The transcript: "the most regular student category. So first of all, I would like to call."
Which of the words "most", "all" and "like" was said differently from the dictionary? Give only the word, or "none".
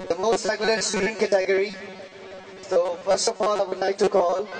like